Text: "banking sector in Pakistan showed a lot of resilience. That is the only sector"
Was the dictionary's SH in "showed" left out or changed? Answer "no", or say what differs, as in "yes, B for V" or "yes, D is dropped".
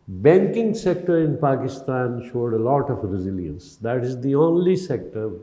no